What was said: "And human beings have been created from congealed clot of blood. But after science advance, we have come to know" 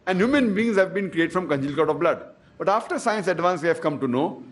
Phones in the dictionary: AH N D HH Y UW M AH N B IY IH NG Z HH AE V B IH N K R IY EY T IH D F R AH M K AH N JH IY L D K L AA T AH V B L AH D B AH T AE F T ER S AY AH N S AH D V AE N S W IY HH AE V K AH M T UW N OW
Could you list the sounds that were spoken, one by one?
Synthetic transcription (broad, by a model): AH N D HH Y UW M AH N B IY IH NG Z HH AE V B IH N K R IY EY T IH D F R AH M K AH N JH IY L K AA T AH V B L AH D B AH T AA F T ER S AY AH N S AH D V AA N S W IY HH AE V K AH M T UW N OW